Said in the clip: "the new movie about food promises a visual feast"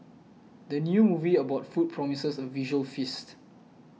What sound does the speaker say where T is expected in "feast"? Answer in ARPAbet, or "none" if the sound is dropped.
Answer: T